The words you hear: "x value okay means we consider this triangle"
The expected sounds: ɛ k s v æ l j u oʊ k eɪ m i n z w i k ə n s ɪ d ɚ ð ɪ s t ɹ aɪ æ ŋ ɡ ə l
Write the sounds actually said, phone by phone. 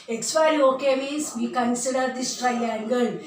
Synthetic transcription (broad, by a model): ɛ k s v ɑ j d oʊ k eɪ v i z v i k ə n s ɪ d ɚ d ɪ s t ɹ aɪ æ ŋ ɡ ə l